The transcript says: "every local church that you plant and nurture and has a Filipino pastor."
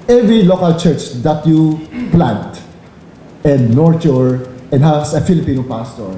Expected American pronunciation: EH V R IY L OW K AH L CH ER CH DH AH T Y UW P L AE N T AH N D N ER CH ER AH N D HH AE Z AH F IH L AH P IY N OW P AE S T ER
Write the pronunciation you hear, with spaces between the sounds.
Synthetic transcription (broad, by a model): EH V R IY L OW K AH L CH ER CH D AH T Y UW P L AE N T AH N D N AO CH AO AH N D HH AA S AH F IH L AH P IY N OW P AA S T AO